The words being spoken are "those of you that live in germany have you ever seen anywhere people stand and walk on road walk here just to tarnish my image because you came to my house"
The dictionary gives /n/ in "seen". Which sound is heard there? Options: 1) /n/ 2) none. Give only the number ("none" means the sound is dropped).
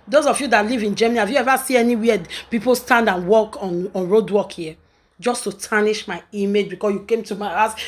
2